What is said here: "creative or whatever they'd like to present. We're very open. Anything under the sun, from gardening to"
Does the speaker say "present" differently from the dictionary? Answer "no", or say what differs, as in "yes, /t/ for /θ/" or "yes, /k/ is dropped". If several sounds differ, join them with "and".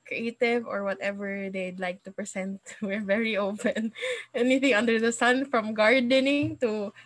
yes, /s/ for /z/